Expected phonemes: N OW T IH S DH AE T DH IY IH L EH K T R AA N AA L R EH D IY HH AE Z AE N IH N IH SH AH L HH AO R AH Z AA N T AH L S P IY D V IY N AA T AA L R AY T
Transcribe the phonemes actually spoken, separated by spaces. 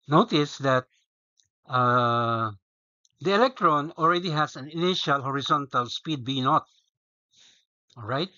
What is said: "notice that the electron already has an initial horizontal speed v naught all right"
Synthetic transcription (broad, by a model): N OW T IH S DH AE T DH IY IH L EH K T R AA N AA L R EH D IY HH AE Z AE N IH N IH SH AH L HH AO R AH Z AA N T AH L S P IY D B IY N AA T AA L R AY T